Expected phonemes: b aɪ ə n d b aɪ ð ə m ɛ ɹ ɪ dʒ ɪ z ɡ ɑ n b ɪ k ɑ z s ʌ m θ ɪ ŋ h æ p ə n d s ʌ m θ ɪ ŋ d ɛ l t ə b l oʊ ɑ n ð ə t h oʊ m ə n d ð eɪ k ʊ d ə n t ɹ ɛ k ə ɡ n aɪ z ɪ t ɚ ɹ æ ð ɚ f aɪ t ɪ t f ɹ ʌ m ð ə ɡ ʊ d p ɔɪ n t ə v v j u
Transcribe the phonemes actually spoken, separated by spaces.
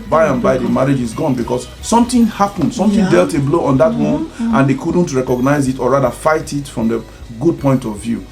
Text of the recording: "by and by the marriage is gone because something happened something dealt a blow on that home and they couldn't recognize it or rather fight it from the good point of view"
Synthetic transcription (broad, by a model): b aɪ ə n b aɪ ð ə m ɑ ɹ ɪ dʒ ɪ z ɡ ɑ n b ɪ k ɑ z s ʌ m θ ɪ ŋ h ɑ p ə n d s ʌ m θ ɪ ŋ d ɛ l t ə b l oʊ ɑ n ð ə t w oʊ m ə n d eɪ k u d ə n t ɹ ɛ k ə ɡ n aɪ z ɪ t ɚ ɹ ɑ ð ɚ f aɪ t ɪ t f ɹ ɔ m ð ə ɡ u d p ɔɪ n t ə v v j u